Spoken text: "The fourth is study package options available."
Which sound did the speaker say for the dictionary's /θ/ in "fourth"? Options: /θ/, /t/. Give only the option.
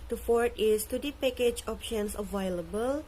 /t/